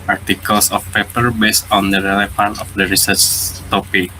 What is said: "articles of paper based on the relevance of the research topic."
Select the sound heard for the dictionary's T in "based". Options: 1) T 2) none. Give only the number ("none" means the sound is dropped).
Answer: 1